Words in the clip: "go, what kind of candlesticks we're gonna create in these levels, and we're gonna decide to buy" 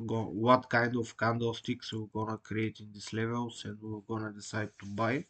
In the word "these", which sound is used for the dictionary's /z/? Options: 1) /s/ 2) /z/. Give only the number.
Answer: 1